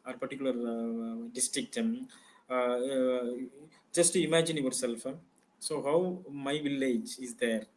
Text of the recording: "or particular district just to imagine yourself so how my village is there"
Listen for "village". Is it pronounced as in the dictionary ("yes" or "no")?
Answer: yes